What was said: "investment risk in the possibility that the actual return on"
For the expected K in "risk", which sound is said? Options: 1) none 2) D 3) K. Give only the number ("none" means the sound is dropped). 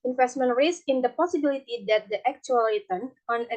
1